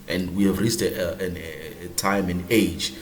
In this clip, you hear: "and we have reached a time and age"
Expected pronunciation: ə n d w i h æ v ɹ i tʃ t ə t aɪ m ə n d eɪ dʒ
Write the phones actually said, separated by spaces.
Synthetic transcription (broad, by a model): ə n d w i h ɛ v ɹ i s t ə t aɪ m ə n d eɪ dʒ